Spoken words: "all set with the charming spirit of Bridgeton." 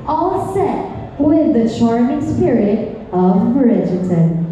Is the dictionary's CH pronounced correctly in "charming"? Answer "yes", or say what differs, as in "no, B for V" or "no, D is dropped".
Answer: no, SH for CH